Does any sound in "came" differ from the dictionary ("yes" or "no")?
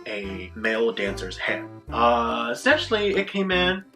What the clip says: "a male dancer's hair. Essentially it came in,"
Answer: no